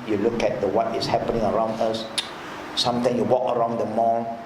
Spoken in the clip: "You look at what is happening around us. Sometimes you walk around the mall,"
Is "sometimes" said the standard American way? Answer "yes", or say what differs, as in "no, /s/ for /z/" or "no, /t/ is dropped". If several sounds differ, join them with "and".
no, /z/ is dropped